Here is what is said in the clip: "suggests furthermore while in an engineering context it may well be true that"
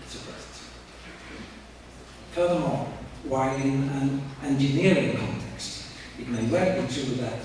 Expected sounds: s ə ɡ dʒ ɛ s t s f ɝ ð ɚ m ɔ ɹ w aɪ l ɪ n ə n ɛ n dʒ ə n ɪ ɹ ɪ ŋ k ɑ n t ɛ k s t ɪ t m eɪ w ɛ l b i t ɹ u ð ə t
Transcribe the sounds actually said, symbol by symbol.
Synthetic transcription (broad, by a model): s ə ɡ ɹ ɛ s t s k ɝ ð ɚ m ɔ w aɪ ɪ n ə n ɛ n dʒ ə n ɪ ɹ ɪ ŋ k ɑ n t ɛ k s t ɪ t m eɪ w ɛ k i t w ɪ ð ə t